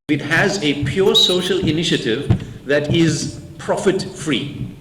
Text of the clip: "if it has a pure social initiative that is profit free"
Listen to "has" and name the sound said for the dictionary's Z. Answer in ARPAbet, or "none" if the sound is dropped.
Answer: Z